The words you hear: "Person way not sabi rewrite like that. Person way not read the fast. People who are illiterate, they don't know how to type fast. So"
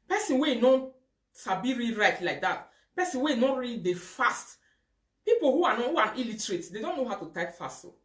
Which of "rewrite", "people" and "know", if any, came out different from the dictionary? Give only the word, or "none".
people